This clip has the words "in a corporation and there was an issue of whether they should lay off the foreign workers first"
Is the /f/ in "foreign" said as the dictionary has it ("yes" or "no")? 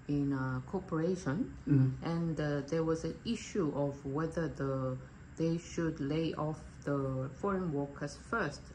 yes